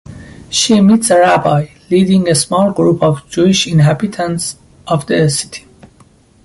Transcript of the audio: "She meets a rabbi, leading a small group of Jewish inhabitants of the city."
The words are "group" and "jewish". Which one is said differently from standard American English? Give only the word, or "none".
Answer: none